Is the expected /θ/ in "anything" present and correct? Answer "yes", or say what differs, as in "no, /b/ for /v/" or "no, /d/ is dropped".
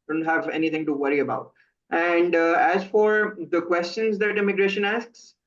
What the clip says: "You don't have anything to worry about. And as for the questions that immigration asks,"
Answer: no, /t/ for /θ/